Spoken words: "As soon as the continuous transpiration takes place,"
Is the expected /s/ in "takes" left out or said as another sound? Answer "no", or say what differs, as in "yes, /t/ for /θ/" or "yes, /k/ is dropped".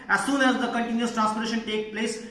yes, /s/ is dropped